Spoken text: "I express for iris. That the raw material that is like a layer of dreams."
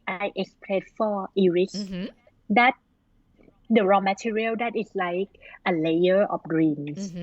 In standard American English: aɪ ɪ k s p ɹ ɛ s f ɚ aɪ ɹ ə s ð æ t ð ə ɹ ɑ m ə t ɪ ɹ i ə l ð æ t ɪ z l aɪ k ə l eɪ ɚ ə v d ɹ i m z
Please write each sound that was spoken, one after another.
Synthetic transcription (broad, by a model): aɪ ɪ k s p l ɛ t f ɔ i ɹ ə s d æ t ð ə ɹ ɑ m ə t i ɹ i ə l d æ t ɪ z l aɪ k ə l eɪ ɚ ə f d ɹ i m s